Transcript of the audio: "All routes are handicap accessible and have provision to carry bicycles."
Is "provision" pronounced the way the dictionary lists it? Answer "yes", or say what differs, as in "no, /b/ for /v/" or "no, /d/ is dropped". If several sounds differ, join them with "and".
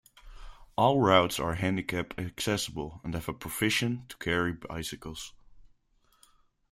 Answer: no, /f/ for /v/ and /ʃ/ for /ʒ/